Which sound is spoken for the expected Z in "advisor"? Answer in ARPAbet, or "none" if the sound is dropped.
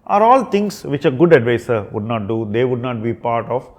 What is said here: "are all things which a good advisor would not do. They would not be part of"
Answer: S